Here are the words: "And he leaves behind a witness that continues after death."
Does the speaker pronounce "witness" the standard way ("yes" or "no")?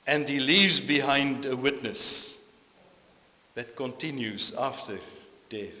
yes